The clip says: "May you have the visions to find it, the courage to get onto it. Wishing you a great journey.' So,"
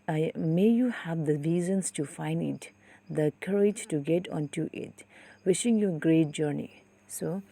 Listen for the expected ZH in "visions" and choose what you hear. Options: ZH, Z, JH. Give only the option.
Z